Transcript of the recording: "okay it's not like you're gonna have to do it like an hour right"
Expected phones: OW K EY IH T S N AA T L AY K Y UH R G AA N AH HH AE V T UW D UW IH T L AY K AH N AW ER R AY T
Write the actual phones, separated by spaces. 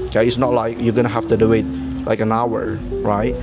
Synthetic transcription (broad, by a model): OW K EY IH T S N AA T L AY K Y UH G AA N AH HH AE F T UW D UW IH T L AY K AH N AW ER R AY T